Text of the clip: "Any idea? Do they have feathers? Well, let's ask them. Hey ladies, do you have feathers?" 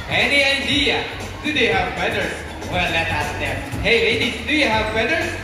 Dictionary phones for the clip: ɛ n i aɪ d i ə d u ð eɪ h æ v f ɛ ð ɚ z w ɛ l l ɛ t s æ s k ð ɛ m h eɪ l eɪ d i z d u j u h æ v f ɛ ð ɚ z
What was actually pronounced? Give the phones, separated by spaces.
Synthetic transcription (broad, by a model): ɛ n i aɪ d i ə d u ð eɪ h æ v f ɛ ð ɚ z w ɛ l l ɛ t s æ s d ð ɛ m h eɪ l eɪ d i d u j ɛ h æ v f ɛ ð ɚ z